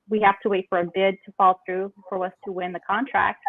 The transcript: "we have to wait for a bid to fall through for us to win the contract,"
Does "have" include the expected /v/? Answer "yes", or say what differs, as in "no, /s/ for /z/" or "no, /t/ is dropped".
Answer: no, /f/ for /v/